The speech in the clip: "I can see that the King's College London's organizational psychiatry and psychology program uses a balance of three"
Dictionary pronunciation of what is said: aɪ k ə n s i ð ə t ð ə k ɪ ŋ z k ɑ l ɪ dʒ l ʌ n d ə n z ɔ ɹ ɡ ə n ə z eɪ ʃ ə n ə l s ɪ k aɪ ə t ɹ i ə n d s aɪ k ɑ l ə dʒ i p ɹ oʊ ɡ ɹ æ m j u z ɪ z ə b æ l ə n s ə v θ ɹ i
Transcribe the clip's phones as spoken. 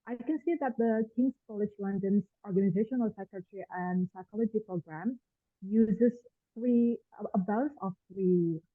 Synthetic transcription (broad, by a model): aɪ k ə n s i ð ə t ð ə k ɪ ŋ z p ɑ l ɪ ʃ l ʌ n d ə n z ɔ ɹ ɡ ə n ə z eɪ ʃ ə n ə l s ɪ k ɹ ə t ɹ i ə n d s aɪ k ɑ l ə dʒ i p ɹ oʊ ɡ ɹ æ m j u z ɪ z ə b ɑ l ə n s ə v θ ɹ i